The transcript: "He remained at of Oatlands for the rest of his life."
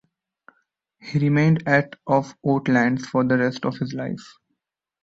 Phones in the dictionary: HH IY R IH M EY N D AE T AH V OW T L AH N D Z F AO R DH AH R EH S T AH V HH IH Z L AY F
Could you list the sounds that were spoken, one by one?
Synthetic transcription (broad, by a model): HH IY R IH M EY N D AE T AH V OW T L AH N D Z F AO R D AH R EH S T AH V HH IH Z L AY F